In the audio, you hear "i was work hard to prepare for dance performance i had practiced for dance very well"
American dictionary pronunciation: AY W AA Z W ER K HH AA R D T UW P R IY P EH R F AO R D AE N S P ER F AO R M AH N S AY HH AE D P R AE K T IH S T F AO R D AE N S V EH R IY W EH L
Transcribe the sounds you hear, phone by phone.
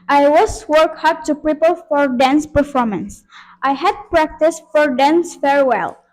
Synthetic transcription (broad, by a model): AY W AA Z W ER K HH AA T T UW P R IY P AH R F AO R D AE N S P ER F AO R M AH N S AY HH AE D P R AE K T IH S T F AO R D AE N S F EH R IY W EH L